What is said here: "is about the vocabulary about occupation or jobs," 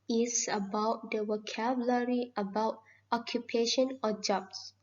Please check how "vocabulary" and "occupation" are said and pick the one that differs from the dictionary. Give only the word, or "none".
vocabulary